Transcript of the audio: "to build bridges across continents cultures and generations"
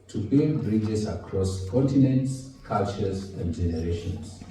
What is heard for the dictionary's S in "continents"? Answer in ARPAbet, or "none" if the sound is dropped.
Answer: S